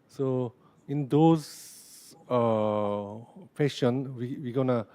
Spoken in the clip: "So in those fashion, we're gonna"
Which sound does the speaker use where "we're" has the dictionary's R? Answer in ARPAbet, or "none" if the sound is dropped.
W